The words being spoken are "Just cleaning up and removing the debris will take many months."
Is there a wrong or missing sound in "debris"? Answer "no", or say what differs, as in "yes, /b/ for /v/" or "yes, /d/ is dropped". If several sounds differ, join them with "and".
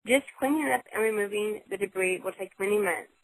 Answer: no